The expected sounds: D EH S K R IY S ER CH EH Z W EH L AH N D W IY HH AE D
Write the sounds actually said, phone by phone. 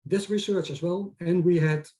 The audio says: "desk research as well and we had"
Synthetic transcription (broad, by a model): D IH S R IY S ER CH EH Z W EH L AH N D W IY HH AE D